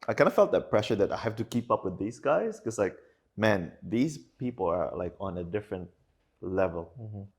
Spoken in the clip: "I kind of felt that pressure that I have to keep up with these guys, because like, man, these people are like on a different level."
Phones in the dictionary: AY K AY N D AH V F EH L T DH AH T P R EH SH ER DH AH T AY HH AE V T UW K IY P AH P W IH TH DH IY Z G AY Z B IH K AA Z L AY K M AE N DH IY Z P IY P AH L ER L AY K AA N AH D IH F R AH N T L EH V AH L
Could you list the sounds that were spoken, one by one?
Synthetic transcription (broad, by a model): AY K AY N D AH F EH L T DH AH T P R EH SH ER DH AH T AY HH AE F T UW K IY P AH P W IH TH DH IY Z G AY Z K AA S L AY K M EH N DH IY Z P IY P AH L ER L AY K AA N AH D IH F R AH N T L EH V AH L